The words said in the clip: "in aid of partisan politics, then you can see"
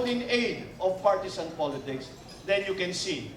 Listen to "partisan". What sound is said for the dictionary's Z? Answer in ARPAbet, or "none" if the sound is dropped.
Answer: S